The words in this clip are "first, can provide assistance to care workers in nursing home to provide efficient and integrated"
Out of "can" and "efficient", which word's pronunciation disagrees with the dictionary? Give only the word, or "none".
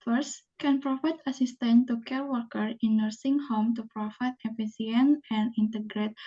efficient